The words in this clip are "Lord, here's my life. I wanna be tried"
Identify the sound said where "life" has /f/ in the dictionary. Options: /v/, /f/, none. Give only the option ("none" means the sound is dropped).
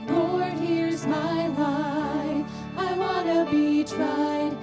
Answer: none